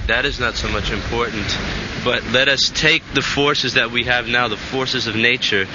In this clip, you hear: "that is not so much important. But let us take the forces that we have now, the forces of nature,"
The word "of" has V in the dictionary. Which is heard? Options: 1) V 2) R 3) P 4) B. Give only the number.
1